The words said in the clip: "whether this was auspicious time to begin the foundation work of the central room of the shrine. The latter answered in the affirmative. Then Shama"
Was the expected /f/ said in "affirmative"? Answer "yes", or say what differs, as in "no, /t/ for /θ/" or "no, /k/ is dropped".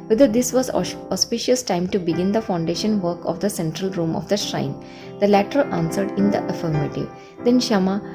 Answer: yes